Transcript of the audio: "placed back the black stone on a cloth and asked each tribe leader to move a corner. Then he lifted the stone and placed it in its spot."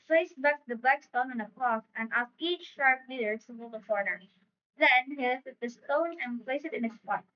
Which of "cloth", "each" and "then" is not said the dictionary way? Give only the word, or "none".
cloth